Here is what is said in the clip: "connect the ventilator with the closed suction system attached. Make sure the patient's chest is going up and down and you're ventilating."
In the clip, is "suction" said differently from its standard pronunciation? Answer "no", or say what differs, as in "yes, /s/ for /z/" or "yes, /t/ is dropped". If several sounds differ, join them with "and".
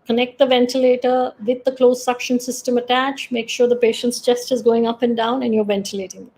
no